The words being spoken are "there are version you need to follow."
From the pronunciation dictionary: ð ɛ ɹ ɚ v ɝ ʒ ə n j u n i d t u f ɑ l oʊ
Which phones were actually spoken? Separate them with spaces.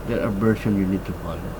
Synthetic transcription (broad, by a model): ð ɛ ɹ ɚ b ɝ ʃ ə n j u n i d t u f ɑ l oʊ